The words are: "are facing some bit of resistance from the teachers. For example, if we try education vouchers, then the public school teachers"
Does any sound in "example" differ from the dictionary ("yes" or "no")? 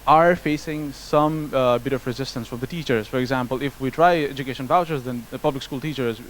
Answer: no